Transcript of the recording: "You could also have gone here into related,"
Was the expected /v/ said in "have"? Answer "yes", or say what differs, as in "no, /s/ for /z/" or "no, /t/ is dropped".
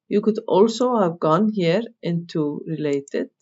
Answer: yes